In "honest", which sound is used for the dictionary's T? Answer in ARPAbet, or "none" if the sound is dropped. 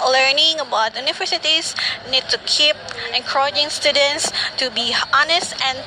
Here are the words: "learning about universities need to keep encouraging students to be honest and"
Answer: T